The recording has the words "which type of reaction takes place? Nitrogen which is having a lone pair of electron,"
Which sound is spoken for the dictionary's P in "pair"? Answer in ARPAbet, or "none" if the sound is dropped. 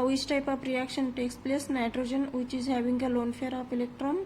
F